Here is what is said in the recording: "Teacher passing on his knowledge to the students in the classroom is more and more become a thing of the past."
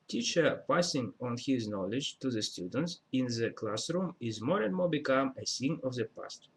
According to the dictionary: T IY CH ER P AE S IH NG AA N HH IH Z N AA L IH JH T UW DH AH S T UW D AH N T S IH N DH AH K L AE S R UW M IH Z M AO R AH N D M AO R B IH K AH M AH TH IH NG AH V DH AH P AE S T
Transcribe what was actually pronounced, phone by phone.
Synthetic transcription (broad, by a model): T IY CH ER P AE S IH NG AA N HH IH Z N AA L IH JH T UW DH AH S T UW D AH N T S IH N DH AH K L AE S R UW M IH Z M AO R AH N D M AO R B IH K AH M AH S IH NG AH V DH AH P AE S T